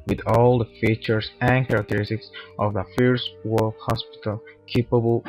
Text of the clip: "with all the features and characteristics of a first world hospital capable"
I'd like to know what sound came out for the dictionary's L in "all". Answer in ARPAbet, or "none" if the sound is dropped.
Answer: L